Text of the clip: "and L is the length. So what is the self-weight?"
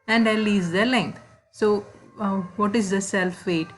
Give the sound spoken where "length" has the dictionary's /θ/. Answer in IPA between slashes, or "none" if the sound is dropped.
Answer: /t/